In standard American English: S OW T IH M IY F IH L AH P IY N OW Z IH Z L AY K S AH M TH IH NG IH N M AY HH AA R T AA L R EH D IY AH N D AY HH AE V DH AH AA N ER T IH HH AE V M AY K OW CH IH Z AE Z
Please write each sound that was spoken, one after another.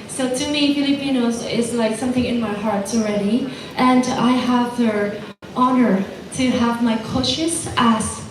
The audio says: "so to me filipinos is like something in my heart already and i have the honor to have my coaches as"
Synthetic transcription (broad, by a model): S OW T IH M IY F IH L AH P IY N OW Z IH Z L AY K S AH M TH IH NG IH N M AY HH AA R T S L R EH D IY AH N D AY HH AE V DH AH AA N ER T IH HH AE V M AY K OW SH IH S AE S